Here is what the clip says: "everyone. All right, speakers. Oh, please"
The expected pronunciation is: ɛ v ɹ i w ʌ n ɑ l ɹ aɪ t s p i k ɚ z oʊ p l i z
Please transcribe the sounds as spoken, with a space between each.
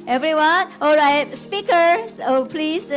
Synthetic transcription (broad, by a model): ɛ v ɹ i w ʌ n ɑ l ɹ aɪ t s p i k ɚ s oʊ p l i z